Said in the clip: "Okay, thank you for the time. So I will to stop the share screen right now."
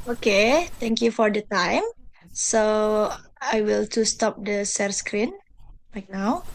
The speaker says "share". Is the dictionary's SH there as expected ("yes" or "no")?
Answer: no